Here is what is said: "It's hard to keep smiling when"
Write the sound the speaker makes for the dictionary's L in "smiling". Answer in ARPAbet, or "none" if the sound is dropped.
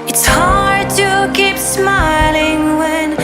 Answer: L